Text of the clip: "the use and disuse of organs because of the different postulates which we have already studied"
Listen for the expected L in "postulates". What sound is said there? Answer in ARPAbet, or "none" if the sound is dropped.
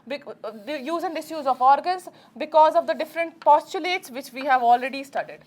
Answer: L